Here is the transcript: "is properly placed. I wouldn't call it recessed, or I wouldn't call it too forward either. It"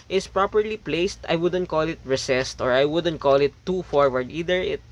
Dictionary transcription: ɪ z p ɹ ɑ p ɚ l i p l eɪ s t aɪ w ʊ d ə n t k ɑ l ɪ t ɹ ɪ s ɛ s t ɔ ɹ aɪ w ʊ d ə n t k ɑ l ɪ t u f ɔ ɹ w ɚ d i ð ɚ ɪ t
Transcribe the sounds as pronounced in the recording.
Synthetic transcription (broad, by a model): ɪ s p ɹ ɑ p ɚ l i p l eɪ s t aɪ w ʊ d ə n t k ɑ l ɪ t ɹ ɪ s ɛ s t ɔ ɹ aɪ w ʊ d ə n t k ɑ l ɪ t u f ɔ ɹ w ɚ d i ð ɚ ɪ t